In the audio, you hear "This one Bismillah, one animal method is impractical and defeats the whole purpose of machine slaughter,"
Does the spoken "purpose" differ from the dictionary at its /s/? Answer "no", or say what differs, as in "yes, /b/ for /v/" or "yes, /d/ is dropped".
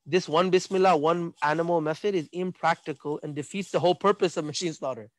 no